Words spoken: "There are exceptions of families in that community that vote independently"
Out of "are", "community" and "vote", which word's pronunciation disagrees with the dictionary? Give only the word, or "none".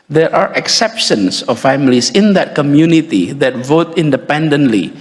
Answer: none